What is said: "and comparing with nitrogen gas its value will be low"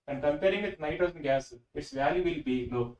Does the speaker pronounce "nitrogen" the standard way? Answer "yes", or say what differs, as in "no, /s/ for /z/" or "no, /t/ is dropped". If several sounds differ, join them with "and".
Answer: no, /ɹ/ is dropped